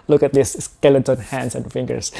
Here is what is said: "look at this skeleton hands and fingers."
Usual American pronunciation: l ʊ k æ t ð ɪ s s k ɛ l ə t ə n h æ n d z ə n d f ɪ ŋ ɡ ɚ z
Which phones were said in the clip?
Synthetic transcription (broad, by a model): l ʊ k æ t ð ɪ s s k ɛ l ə s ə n h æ n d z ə n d f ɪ ŋ ɡ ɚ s